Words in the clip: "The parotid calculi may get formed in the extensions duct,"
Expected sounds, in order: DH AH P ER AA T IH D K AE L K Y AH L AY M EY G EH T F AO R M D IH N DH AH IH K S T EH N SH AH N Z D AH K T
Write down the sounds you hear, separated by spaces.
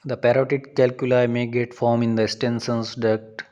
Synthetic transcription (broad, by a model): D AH P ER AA T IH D K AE L K Y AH L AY M EY G EH T F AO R M IH N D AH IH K S T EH N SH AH N S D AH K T